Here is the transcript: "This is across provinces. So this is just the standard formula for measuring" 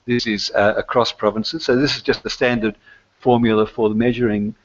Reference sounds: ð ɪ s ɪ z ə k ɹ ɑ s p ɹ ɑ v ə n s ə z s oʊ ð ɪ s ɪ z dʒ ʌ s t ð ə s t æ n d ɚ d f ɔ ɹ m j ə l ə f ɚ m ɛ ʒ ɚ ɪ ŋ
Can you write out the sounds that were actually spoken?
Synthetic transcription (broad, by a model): ð ɪ s ɪ z ə k ɹ ɑ s p ɹ ɑ v ə n s ə z s oʊ ð ɪ s ɪ z dʒ ʌ s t ð ə s t æ n d ɚ d f ɔ ɹ m j l ə f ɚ m ɛ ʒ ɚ ɪ ŋ